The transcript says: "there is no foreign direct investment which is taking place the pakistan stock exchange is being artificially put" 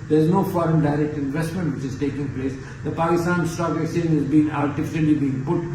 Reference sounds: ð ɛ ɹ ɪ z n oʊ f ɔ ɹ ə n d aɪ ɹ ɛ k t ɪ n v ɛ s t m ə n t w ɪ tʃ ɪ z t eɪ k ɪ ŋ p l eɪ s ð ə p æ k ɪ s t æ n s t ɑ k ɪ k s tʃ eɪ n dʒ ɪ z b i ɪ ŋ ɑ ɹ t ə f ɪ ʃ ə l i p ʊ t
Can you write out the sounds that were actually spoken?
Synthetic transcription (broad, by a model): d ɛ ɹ ɪ z n oʊ f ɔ ɹ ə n d aɪ ɹ ɛ k t ɪ n v ɛ s t m ə n t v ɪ tʃ ɪ z t eɪ k ɪ ŋ p l eɪ s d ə p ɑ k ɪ s t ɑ n s t ɑ k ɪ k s eɪ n ɪ z b i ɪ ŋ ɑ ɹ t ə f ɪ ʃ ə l i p ʊ t